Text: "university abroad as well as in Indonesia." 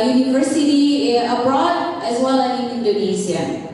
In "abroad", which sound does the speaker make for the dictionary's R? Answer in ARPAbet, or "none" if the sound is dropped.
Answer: R